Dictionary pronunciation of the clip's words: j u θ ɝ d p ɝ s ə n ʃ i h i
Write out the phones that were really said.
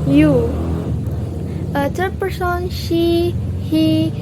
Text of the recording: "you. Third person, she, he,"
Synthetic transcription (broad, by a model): j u s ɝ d p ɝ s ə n ʃ i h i